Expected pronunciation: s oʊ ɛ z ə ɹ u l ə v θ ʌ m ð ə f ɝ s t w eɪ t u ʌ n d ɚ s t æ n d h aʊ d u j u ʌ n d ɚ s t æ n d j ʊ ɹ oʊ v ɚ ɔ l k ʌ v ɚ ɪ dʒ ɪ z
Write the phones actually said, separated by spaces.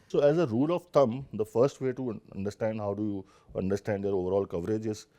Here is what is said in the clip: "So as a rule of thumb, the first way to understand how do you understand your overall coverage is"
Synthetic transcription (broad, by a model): s oʊ ɛ z ə ɹ u l ə v t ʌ m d ə f ɝ s t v eɪ t u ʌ n d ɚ s t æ n d h aʊ d u j u ʌ n d ɚ s t æ n d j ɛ ɹ oʊ v ɚ ɔ l k ʌ v ɚ ɪ dʒ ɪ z